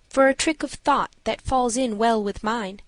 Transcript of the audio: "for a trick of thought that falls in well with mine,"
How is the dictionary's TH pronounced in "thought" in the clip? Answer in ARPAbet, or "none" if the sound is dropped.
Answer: TH